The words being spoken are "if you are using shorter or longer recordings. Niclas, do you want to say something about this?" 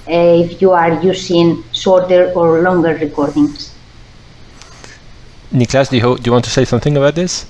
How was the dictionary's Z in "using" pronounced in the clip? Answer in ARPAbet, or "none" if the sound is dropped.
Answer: S